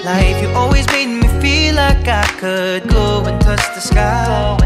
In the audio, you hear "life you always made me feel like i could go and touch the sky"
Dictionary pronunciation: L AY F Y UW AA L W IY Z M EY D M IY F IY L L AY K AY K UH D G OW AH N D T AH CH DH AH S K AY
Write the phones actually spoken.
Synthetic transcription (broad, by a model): L AY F Y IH AA L W IY Z M EY D M IY F IY L L AY K AY K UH D G OW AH N T AH CH DH AH S K AY